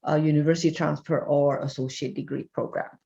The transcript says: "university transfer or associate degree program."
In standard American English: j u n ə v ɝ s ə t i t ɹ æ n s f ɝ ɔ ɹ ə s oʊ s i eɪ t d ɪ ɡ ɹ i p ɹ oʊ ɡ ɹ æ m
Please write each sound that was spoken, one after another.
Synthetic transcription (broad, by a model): j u n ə v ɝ s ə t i t ɹ æ n s f ɝ ɔ ɹ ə s oʊ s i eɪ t d ɪ ɡ ɹ i p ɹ oʊ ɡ ɹ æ m